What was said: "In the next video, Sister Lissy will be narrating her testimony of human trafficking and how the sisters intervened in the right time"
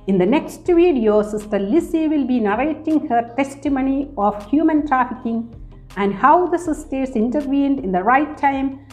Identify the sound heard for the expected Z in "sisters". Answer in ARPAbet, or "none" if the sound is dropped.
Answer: S